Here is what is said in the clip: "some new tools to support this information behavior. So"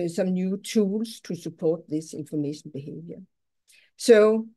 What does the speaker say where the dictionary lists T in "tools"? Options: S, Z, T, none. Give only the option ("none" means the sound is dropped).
S